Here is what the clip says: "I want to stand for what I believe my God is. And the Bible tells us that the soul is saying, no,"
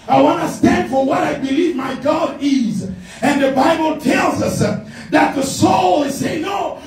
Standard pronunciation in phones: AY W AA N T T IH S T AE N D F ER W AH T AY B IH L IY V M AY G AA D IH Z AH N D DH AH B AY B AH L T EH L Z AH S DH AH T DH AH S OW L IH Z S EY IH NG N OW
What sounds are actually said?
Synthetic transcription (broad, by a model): AY W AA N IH S T AE N D F ER W AH T AY B IH L IY V M AY G AA D IH Z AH N DH AH B AY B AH L T EH L Z AH S DH AH T DH AH S OW L IH Z S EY IH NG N OW